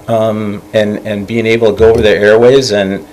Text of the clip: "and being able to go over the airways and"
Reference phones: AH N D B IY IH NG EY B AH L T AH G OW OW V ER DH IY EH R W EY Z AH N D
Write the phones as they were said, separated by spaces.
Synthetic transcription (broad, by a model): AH N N B IY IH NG EY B L T AH G OW OW V ER DH IY EH R W EY Z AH N